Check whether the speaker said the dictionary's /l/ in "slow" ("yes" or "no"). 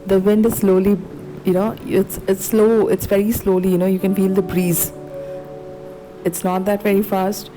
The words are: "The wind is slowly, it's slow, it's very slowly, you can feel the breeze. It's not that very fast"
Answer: yes